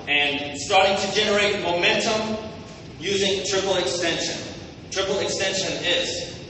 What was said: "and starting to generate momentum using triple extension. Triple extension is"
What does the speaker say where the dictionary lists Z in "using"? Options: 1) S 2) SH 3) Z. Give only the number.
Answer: 3